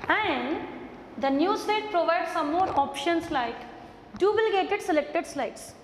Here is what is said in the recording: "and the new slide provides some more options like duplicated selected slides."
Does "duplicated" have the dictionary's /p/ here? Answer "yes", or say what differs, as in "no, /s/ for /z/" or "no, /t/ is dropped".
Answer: no, /b/ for /p/